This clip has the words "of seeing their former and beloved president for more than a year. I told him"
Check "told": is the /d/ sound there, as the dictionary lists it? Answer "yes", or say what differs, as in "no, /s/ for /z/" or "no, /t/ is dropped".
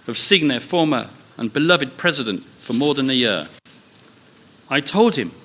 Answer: yes